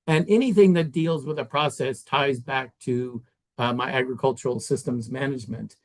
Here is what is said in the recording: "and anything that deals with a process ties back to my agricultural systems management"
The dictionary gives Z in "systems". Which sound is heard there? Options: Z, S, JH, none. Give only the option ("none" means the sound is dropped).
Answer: Z